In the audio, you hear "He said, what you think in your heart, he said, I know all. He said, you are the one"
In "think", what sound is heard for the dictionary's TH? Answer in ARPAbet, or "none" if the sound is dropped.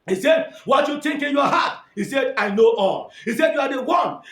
T